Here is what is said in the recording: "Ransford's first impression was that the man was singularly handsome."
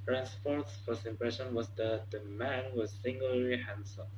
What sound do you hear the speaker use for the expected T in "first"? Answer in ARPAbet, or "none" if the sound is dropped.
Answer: none